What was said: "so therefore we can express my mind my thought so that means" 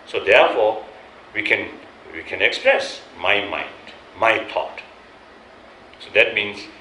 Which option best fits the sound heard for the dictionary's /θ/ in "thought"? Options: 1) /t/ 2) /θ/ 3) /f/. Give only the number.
1